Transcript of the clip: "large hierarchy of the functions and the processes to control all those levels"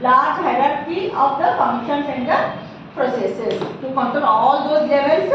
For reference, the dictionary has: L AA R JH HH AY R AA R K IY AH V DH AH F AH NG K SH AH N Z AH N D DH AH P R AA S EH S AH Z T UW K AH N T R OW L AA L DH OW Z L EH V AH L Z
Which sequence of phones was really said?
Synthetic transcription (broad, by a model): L AA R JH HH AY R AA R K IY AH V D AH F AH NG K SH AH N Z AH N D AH P R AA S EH S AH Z T UW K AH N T OW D AA L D OW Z L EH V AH L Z